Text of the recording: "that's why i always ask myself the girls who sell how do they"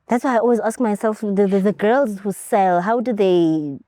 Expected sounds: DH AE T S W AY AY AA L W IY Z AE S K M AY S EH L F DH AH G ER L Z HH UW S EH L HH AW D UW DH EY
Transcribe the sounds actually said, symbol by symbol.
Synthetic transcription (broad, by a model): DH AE T S W AY AY AA L W IY Z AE S K M AY S EH L F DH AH G ER L Z HH UW S EH L HH AW D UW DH EY